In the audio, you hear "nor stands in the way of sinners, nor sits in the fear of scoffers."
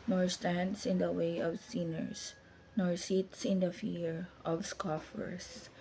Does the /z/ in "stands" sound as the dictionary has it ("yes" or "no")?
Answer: no